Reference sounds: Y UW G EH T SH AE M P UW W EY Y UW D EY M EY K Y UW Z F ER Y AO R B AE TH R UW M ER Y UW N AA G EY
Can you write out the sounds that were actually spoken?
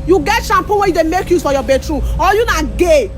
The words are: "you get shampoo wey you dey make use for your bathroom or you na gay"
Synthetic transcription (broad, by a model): Y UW G EH T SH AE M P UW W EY Y UW D EY M EY K Y UW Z F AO Y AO B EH T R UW AO Y UW N AA G EY